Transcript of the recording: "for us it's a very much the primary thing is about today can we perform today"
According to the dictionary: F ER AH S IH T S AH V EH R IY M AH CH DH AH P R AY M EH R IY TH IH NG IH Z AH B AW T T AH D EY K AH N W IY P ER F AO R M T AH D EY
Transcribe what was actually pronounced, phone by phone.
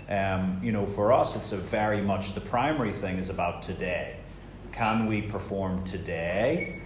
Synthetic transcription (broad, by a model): F ER AH S IH T S AH V EH R IY M AH CH DH AH P R AY M EH R IY TH IH NG IH Z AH B AW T T AH D EY K AH N W IY P ER F AO R M T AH D EY